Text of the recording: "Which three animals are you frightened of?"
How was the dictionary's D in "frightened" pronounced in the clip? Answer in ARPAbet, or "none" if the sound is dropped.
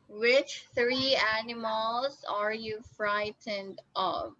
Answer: D